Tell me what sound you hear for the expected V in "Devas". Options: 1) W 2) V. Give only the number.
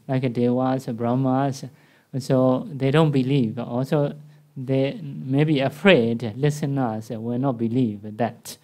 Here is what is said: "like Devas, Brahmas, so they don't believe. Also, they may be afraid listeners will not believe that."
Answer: 1